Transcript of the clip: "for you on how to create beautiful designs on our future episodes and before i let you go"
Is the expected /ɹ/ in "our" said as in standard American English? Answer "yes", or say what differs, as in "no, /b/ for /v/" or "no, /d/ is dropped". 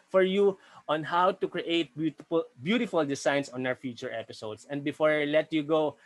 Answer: no, /w/ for /ɹ/